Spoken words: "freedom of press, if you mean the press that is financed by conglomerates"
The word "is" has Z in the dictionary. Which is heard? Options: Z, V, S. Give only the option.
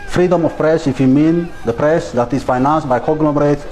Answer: S